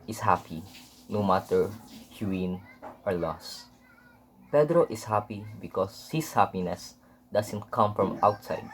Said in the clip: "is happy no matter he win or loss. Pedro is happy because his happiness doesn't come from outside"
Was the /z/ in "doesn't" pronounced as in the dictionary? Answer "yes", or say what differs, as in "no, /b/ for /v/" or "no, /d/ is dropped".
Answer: no, /s/ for /z/